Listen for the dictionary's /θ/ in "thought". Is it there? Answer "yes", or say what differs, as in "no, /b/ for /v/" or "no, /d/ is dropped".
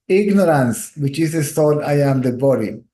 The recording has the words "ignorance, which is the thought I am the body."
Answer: no, /t/ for /θ/